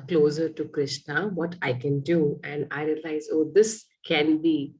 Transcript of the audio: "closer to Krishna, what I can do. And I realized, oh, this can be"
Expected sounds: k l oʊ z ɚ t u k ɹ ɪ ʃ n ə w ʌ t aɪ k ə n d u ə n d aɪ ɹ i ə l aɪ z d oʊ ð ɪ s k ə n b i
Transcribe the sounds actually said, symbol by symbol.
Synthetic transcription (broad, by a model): k l oʊ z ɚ t u k ɹ ɪ ʃ n ə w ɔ t aɪ k ə n d u ə n d aɪ ɹ i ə l aɪ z oʊ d ɪ s k ə n b i